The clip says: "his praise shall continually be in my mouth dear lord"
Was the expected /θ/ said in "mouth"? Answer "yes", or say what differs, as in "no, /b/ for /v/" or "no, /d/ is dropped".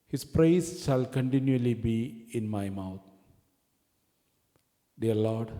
no, /t/ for /θ/